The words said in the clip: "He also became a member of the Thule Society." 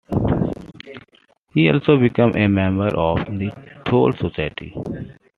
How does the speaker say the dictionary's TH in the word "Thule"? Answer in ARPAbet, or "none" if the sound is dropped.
T